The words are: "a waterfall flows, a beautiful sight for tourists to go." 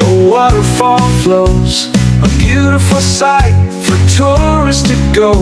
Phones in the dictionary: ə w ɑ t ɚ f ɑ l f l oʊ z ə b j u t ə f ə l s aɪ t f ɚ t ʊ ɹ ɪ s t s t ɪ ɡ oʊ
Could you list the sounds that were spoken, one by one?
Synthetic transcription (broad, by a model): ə w ɑ t ɚ f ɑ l f l oʊ z ə b j u t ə f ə l s aɪ t f ɚ t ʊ ɹ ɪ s s t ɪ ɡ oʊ